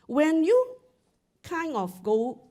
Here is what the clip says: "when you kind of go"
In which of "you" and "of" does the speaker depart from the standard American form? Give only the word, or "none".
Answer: of